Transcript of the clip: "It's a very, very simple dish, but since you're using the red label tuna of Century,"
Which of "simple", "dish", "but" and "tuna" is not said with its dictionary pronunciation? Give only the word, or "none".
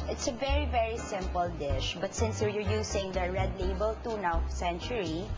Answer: none